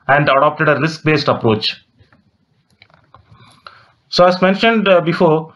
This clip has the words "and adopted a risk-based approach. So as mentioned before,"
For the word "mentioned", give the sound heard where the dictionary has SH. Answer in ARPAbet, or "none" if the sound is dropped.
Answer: SH